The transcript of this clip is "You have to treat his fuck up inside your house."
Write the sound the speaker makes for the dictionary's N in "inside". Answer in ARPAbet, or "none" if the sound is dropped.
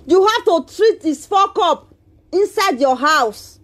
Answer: N